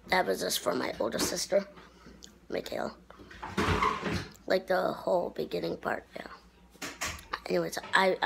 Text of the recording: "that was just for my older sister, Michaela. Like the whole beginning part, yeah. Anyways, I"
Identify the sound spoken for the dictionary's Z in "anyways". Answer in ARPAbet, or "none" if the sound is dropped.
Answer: S